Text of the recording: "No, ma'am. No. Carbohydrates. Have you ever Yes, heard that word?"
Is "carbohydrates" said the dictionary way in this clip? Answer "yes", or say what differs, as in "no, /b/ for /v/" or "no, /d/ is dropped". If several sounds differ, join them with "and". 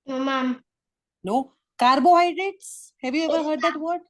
yes